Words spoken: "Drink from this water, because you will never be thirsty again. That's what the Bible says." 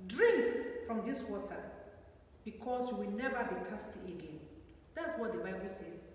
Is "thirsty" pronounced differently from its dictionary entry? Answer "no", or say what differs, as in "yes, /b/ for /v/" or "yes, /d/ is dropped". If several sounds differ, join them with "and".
yes, /t/ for /θ/